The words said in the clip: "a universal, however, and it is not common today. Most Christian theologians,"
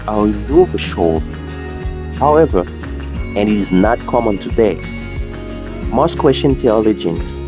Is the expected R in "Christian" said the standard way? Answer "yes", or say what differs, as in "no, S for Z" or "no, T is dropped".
no, W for R